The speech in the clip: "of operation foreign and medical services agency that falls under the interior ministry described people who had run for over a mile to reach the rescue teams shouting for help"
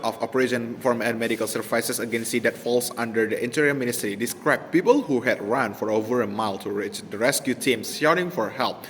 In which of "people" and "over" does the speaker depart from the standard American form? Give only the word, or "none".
none